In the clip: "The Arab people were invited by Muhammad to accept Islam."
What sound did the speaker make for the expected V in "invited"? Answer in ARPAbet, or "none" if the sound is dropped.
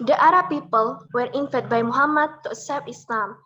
F